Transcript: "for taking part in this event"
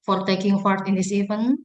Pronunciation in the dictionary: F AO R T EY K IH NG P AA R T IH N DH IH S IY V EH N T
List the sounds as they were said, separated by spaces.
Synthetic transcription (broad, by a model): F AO R T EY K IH NG F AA R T IH N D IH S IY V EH N